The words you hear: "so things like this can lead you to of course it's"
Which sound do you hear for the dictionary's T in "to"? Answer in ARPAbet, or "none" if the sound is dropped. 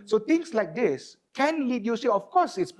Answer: S